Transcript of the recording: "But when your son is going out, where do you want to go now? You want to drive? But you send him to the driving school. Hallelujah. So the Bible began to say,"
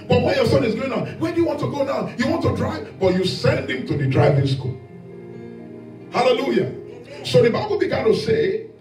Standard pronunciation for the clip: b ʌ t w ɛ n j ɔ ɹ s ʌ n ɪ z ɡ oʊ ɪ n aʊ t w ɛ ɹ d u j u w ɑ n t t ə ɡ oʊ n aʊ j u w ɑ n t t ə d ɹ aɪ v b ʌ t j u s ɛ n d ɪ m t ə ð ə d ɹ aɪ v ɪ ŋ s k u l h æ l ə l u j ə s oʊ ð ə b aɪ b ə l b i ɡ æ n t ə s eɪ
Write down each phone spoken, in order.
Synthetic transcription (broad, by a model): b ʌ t w ɛ n j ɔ s ʌ n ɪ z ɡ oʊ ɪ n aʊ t w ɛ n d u j u w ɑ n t t ə ɡ oʊ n aʊ j u w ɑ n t t ə d ɹ aɪ v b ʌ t j u s ɛ n d ɪ m t ə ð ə d ɹ aɪ v ɪ ŋ s k u l h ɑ l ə l u j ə s oʊ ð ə b aɪ b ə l b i ɡ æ n t ə s eɪ